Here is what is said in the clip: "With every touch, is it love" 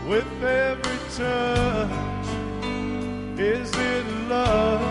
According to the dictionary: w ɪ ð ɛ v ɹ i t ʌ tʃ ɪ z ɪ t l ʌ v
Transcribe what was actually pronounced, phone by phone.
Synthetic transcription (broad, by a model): w ɪ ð ɛ v ɹ i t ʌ ɪ z ɪ t l ʌ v